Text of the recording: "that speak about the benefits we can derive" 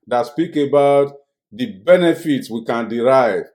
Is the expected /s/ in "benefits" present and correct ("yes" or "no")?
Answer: yes